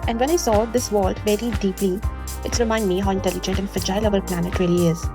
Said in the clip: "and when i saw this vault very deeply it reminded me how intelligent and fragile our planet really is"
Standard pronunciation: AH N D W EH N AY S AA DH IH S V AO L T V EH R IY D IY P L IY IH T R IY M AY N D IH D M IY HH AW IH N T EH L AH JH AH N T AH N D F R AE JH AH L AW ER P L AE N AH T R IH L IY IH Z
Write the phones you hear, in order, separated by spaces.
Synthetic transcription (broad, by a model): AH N D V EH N AY S AA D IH S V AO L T V EH R IY D IY P L IY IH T R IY M AY N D D M IY HH AW IH N T EH L AH JH AH N T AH N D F EH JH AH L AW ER P L AE N AH T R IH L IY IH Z